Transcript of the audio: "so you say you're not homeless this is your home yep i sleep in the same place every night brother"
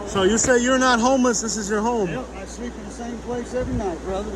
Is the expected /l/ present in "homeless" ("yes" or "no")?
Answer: yes